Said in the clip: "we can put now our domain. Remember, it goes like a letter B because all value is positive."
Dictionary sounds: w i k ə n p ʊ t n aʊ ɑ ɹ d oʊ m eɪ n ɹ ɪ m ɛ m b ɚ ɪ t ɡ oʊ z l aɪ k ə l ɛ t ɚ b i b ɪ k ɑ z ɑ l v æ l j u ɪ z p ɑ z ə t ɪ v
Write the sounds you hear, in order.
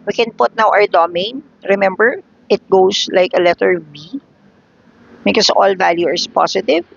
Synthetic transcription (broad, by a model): w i k ə n p ʊ t n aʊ ɑ ɹ d oʊ m eɪ n ɹ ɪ m ɛ m b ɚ ɪ t ɡ oʊ s l aɪ k ə l ɛ t ɚ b i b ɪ k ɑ s ɑ l v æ l j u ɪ s p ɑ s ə t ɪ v